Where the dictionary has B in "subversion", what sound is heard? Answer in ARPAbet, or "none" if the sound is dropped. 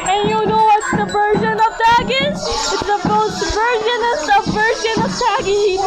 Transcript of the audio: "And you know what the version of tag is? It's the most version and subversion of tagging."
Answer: none